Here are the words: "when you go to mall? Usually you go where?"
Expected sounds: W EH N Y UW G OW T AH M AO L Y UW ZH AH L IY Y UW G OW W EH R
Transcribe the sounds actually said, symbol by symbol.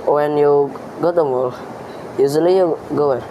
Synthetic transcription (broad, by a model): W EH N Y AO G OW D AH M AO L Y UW Z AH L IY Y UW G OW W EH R